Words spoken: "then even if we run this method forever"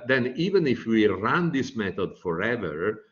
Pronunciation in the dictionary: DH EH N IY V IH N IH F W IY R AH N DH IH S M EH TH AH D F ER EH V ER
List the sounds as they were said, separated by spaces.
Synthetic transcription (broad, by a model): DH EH N IY V IH N IH F W IY R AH N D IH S M EH T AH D F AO EH V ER